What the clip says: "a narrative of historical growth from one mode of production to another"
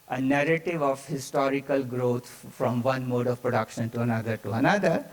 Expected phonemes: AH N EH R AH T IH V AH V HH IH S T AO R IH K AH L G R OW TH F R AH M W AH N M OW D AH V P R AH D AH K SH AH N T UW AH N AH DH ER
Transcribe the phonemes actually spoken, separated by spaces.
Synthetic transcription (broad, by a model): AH N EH R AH T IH V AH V HH IH S T AO R IH K AH L G R OW T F R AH M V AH N M OW D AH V P R AH D AH K SH AH N T UW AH N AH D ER